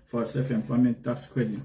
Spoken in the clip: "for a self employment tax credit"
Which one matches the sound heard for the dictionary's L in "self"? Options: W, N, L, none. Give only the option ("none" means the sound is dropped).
none